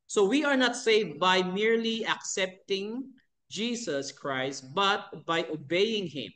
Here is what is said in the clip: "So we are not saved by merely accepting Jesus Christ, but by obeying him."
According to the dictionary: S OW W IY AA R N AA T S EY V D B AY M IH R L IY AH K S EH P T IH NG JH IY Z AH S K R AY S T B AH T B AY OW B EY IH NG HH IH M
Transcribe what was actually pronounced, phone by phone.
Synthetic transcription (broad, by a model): S OW W IY AA R N AA T S EY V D B AY M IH R L IY AH K S EH P T IH NG JH IY S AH S K R AY S T B AH T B AY OW B EY IH NG HH IH M